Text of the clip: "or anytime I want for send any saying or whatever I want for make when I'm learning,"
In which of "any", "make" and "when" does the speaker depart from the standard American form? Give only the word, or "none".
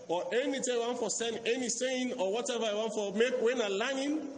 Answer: none